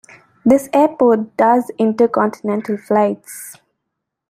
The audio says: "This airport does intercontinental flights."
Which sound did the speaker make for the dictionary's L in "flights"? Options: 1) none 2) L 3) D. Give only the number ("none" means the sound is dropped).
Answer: 2